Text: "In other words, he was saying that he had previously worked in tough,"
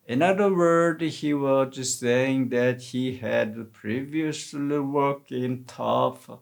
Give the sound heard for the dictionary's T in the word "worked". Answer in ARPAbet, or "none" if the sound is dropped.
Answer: none